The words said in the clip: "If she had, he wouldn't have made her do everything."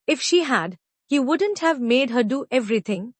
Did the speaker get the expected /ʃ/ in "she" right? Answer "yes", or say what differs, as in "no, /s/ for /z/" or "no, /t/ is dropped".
yes